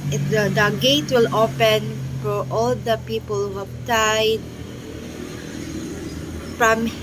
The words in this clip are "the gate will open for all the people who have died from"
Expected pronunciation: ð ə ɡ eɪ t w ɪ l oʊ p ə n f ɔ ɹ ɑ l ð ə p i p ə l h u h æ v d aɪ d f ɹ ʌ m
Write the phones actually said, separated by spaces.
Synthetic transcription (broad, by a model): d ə ɡ eɪ t w ɪ l oʊ p ə n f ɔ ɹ ɑ l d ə p i p ə l h u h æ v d aɪ d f ɹ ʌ m